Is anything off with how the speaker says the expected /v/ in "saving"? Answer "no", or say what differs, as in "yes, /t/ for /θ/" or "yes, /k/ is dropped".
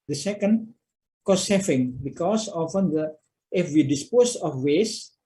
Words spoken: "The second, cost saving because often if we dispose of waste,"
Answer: yes, /f/ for /v/